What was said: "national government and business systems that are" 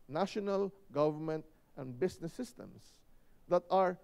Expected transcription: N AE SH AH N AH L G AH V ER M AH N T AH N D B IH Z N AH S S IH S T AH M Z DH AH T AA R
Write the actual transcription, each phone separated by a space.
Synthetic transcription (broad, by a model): N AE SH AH N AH L G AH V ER M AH N T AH N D B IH S N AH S S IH S T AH M S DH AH T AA R